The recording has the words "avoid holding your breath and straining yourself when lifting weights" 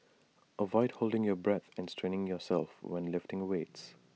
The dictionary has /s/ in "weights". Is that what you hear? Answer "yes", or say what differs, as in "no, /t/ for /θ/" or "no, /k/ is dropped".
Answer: yes